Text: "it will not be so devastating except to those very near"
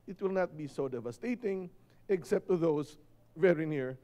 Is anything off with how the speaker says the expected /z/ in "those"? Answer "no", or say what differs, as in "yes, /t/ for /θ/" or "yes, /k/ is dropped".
yes, /s/ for /z/